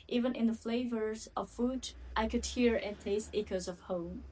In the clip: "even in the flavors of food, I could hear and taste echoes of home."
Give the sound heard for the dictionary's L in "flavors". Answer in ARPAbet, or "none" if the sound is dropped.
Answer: L